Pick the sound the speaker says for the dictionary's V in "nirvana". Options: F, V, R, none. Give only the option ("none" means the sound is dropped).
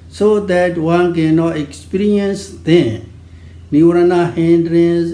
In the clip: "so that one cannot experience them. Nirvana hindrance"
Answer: none